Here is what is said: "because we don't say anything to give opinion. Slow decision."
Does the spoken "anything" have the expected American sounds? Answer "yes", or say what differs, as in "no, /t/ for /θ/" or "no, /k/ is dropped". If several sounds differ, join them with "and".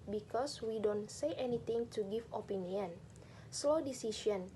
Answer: no, /t/ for /θ/